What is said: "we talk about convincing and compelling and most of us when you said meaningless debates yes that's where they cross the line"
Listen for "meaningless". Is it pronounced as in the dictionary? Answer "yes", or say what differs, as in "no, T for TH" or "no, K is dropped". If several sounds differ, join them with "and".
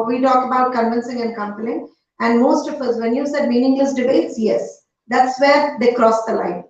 no, N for L